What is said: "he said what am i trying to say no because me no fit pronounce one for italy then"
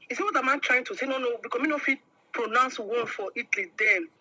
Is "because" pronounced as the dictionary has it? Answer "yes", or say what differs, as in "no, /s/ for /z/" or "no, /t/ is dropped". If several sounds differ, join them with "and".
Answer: no, /z/ is dropped